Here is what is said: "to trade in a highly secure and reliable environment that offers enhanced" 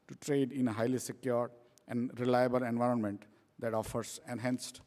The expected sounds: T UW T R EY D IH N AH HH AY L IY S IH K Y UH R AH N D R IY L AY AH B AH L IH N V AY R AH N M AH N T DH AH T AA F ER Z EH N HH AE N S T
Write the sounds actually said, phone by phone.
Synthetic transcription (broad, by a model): T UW T R EY D IH N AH HH AY L IY S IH K Y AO R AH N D R IY L AY AH B AH L IH N V AY R AH N M AH N T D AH T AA F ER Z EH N HH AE N S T